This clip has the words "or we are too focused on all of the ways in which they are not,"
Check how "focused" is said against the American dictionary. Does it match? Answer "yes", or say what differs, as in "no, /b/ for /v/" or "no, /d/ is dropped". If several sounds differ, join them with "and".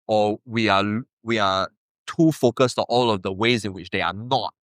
yes